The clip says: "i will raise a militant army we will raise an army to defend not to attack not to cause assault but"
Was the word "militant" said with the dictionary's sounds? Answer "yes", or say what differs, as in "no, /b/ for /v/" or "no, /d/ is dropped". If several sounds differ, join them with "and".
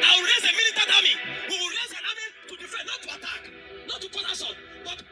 no, /n/ is dropped